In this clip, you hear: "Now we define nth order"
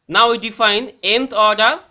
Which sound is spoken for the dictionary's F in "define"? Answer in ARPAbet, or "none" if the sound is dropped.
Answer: F